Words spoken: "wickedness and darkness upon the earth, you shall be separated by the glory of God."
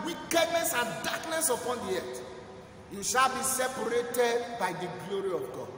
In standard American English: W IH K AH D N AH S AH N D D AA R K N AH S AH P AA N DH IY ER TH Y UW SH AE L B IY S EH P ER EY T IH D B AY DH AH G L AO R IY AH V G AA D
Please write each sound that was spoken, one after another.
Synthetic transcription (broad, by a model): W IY K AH D N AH S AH N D D AA K N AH S AH P AA N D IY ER T Y UW SH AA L B IY S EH P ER EY T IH D B AY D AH G L AO R IY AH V G AA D